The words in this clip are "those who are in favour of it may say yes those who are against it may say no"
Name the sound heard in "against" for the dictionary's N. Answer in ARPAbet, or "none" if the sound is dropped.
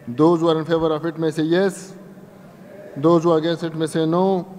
none